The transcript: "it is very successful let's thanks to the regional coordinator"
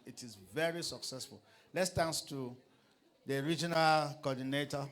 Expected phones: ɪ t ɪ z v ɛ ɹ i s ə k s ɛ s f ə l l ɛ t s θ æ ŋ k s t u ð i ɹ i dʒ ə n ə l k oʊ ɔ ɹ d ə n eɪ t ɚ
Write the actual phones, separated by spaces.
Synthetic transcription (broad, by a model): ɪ t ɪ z v ɛ ɹ i s ə k s ɛ s f ə l l ɛ t s t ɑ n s t u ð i ɹ i dʒ ə n ə l k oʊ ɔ d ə n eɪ t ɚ